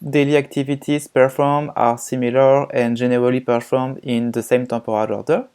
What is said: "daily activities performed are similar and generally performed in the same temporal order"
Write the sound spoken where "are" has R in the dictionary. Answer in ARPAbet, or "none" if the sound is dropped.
R